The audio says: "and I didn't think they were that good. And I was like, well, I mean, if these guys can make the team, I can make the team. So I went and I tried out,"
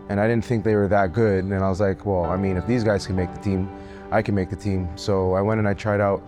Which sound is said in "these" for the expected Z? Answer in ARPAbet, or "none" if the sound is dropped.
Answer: Z